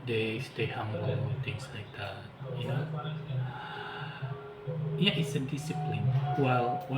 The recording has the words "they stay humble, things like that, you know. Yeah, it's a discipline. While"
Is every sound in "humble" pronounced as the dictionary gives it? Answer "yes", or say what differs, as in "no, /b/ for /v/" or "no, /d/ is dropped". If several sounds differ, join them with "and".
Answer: no, /b/ is dropped